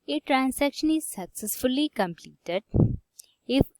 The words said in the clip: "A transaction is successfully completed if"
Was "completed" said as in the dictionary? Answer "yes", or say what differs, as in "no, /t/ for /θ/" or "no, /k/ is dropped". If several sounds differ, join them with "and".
yes